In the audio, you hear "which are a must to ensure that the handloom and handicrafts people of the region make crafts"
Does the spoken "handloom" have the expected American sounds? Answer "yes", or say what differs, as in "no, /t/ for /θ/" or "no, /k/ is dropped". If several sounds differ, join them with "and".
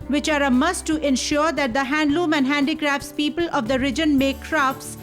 yes